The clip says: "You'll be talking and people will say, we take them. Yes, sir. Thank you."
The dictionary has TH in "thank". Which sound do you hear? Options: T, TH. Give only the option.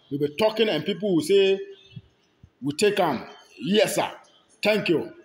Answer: T